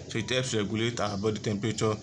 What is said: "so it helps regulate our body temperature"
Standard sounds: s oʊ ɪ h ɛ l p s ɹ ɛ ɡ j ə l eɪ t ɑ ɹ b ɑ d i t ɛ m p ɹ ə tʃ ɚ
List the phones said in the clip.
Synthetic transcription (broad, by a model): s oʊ ɪ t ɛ p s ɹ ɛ ɡ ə l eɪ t ɑ b ɑ d i t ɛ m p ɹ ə tʃ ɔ